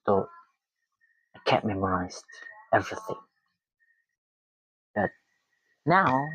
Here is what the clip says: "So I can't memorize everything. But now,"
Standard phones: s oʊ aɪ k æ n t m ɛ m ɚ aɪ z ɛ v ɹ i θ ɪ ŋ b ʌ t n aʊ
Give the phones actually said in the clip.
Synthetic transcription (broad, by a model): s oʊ aɪ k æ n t m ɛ m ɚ aɪ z ɛ v ɹ i θ ɪ ŋ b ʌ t n aʊ